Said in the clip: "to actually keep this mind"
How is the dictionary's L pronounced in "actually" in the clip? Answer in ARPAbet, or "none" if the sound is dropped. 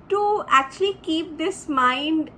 L